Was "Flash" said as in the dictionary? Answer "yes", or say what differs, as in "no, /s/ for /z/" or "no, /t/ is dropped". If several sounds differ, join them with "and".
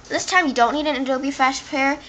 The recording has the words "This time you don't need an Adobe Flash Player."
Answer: no, /l/ is dropped